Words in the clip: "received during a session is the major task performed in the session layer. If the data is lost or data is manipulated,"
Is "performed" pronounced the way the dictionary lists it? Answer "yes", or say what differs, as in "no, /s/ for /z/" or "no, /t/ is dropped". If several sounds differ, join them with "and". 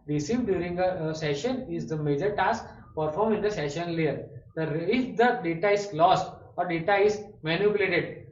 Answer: no, /d/ is dropped